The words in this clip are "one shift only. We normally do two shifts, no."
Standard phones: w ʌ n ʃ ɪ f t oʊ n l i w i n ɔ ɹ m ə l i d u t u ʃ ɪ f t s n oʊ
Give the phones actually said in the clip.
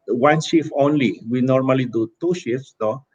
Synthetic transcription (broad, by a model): w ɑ n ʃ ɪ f oʊ n l i w i n ɔ ɹ m ə l i d u t u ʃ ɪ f s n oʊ